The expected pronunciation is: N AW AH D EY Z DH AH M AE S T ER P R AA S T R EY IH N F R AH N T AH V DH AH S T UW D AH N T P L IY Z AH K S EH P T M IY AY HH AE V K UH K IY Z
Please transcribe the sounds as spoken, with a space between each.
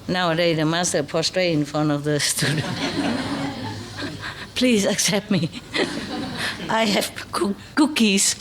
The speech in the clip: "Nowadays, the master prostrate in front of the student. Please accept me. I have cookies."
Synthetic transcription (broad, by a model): N AW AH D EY DH AH M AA S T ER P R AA S T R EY IH N F R AH N T AH V DH AH S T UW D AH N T P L IY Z AH K S EH P T M IY AY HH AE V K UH K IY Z